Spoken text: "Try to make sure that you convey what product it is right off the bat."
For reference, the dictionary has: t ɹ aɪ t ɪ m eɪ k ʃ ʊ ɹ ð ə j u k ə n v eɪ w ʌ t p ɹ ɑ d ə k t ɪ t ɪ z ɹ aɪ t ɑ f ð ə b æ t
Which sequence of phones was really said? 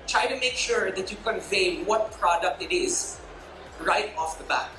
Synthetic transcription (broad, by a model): t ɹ aɪ t ɪ m eɪ k ʃ ʊ ɹ ð ə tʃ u k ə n v eɪ w ʌ t p ɹ ɑ d ə k t ɪ t ɪ z ɹ aɪ t ɑ f ð ə b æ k